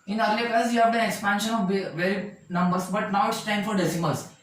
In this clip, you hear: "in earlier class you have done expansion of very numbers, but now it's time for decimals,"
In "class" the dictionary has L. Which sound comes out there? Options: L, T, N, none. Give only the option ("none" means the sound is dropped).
none